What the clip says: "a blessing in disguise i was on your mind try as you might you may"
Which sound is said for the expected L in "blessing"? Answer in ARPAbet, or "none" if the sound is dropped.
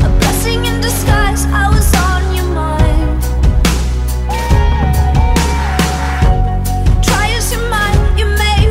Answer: none